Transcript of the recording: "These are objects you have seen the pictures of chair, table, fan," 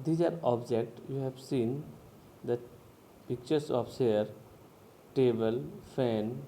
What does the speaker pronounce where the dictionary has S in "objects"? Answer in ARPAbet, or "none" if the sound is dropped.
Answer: none